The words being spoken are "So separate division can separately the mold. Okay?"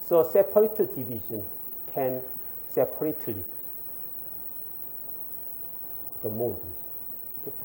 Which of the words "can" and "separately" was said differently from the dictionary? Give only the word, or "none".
none